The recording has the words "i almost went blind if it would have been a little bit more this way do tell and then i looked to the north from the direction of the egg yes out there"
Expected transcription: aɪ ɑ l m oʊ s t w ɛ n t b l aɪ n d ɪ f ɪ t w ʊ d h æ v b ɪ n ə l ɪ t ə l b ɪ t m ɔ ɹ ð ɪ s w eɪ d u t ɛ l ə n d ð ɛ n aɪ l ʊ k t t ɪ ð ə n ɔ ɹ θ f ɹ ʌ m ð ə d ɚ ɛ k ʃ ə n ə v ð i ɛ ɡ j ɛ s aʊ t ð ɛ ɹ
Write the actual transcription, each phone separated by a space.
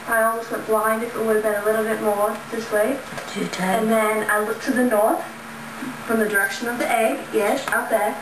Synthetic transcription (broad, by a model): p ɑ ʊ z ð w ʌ t b l aɪ n d ɪ f ɪ t w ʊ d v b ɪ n ə l ɪ t l b ɪ t m ɔ ɹ ð ɪ s w eɪ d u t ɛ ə n ð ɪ n aɪ l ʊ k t t ɪ ð ə n ɔ ɹ θ f ɹ ʌ m ð ə d ɚ ɛ k ʃ ə n ə v ð i ɛ ɡ j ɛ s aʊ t ð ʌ ɹ